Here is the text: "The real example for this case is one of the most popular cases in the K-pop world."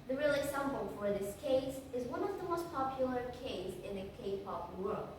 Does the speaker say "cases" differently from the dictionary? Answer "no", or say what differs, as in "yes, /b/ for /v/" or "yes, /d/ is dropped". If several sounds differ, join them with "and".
yes, /s/ is dropped